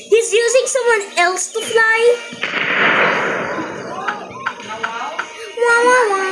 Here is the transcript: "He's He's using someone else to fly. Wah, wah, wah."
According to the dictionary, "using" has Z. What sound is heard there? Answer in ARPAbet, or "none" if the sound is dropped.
Z